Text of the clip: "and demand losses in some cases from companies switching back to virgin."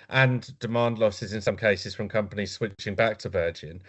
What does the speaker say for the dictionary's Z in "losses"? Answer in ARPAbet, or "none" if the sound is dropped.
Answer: Z